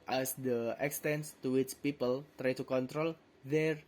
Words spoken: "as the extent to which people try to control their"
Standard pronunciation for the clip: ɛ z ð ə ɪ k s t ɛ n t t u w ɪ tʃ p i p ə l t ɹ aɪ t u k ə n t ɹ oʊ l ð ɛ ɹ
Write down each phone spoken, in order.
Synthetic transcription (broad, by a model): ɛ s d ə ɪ k s t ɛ n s t u w ɪ tʃ p i p ə l t ɹ aɪ t u k ə n t ɹ oʊ l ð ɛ ɹ